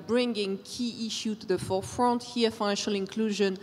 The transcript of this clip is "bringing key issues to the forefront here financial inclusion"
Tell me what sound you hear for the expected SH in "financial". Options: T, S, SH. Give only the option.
SH